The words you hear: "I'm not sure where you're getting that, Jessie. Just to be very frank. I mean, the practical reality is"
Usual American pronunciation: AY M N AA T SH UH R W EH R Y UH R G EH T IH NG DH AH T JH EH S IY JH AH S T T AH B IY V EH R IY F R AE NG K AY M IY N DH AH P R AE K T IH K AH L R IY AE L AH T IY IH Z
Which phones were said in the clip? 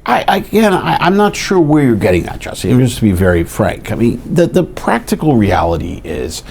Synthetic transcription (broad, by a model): AY M N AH T SH UH R W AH R Y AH R G EH T IH NG DH AH T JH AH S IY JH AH S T T AH B IY V EH R IY F R AE NG K AY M IY N DH AH P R AE K T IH K L R IY AE L AH T IY IH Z